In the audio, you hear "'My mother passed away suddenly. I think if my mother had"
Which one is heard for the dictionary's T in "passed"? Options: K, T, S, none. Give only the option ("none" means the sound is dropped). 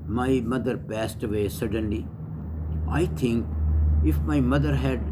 T